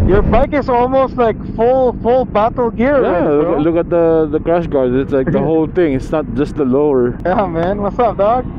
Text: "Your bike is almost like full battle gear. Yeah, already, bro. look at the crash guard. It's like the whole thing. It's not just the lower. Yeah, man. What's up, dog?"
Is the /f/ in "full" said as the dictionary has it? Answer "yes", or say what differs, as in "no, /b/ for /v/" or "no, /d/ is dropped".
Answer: yes